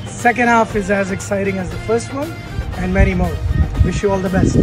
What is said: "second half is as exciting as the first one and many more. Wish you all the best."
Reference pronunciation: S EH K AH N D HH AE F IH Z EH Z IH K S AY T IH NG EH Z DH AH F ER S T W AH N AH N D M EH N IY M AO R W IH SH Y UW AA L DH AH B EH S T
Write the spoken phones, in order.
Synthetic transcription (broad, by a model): S EH K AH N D HH AE F IH Z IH Z IH K S AY T IH NG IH Z DH AH F ER S T W AH N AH N M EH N IY M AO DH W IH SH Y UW AA L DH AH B EH S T